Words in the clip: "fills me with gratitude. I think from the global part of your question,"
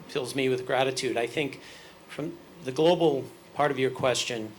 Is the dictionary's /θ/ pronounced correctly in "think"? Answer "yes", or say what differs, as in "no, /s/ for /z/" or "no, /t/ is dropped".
yes